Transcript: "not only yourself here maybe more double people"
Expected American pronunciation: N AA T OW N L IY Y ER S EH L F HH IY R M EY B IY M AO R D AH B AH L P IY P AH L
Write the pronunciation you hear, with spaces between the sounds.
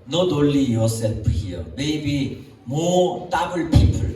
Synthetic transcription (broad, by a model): N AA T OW L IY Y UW S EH L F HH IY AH M EY B IY M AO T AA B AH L P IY P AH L